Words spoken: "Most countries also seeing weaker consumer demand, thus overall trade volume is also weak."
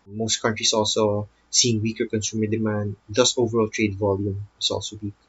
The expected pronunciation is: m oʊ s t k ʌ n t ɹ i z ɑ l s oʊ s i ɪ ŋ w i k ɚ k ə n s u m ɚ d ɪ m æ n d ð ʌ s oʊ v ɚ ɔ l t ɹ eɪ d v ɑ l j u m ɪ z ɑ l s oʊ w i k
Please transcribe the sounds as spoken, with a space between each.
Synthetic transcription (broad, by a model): m oʊ s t k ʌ n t ɹ i s ɑ l s oʊ s i ɪ ŋ w i k ɚ k ə n s u m ɚ d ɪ m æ n d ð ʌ s oʊ v ɚ ɔ l t ɹ eɪ d v ɑ l j u m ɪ s ɑ l s oʊ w i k